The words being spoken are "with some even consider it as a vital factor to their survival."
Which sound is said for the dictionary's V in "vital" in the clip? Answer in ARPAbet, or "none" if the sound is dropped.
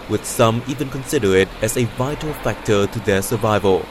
V